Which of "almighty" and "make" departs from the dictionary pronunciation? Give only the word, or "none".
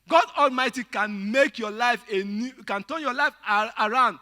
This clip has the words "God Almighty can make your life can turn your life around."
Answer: none